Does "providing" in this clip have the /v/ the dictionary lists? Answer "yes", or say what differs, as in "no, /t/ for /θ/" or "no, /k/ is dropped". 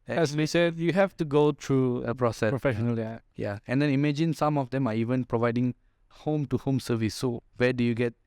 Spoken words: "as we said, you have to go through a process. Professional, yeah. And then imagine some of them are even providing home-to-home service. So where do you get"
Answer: yes